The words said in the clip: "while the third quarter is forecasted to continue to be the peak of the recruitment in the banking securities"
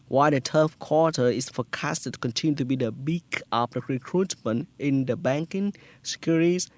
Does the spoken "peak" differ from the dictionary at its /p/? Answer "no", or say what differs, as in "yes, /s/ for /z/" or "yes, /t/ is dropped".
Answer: yes, /b/ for /p/